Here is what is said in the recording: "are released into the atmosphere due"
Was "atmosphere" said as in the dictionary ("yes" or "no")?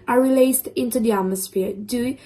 yes